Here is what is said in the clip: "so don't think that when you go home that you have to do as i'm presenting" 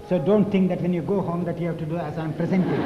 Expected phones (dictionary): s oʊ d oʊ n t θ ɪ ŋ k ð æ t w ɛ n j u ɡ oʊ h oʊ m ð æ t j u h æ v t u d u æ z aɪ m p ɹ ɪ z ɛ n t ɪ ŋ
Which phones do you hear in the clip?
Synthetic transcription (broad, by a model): s oʊ d oʊ n t t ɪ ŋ k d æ t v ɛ n j u ɡ oʊ h oʊ m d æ t j u h æ v t u d u æ z aɪ m p ɹ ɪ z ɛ n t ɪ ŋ